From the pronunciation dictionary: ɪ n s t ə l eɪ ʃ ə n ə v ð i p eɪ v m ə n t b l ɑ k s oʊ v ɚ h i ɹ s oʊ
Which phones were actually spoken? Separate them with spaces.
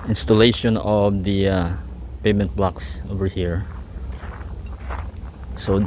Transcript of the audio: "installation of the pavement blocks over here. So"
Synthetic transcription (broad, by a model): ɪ n s t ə l eɪ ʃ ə n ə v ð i p eɪ m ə n t b l ɑ k s oʊ v ɚ h i ɹ s oʊ